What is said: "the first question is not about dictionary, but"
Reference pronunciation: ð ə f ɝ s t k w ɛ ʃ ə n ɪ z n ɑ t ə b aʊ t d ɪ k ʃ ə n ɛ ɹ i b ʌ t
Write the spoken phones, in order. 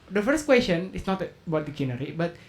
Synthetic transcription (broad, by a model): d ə f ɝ s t k w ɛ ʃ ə n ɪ s n ɑ t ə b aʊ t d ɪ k ə n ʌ ɹ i b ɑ t